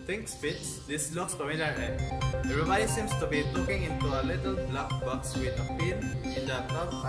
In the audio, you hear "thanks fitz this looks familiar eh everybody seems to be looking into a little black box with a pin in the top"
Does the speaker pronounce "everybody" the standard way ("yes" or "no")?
no